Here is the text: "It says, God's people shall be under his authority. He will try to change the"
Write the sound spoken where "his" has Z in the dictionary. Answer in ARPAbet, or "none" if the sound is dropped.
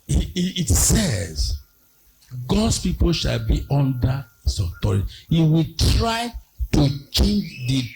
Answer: S